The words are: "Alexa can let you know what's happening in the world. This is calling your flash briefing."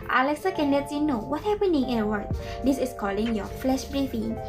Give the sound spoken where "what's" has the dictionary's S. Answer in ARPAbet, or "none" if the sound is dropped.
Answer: none